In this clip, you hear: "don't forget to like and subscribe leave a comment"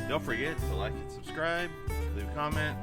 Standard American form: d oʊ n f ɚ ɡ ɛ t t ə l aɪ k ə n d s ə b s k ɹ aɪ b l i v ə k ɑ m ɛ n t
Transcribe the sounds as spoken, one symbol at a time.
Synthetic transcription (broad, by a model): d oʊ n f ɚ ɡ ɛ t s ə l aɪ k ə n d s ə b s k ɹ aɪ b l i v k ɑ m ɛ n t